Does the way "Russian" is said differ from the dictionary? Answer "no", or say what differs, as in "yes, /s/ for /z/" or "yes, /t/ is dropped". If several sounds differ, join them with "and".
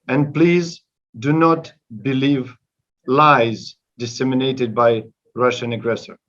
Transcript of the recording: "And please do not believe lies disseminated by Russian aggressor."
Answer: no